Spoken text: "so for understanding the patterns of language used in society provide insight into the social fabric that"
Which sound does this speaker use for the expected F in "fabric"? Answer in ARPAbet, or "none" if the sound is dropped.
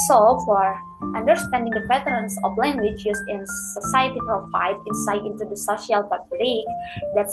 P